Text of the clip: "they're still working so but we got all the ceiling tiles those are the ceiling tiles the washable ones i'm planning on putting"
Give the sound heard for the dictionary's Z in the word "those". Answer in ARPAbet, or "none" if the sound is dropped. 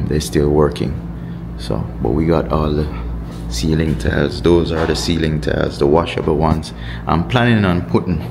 Z